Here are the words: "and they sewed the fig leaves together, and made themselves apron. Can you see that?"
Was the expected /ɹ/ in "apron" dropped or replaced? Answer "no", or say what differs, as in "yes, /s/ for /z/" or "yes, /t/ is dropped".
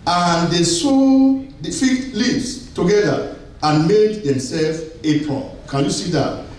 yes, /ɹ/ is dropped